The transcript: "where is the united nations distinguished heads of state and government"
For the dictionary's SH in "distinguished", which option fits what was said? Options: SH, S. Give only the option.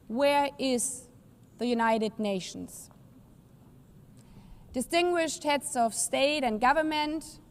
SH